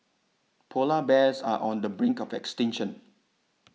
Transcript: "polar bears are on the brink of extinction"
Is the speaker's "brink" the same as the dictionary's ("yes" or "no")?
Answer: yes